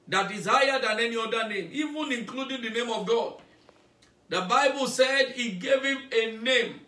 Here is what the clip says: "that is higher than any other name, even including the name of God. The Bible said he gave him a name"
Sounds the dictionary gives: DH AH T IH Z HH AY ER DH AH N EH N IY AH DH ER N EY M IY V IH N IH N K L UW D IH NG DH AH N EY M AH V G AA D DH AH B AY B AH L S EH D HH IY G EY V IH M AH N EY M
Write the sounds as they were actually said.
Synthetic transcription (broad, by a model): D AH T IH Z HH AY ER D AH N EH N IY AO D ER N EY M IY V IH N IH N K L UW D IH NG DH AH N EY M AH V G AA D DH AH B AY B AH L S EH D IY G EY V IH M AH N EY M